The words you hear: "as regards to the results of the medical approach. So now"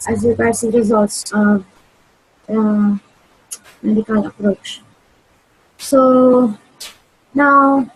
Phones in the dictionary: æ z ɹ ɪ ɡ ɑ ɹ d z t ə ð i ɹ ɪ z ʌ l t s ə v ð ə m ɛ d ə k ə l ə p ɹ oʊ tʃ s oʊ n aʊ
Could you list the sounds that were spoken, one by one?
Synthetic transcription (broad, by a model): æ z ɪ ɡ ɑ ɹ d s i ɹ ɪ z ʌ l t s ə v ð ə m ɛ d ə k ə l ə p ɹ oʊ tʃ s oʊ n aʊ